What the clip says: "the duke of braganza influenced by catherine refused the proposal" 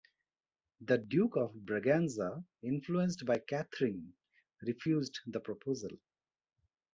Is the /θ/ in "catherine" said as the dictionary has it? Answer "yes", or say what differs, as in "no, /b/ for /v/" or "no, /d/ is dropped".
no, /t/ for /θ/